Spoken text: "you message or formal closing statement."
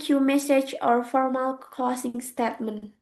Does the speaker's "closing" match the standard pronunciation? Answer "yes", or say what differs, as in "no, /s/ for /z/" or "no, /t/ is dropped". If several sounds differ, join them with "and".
no, /l/ is dropped and /s/ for /z/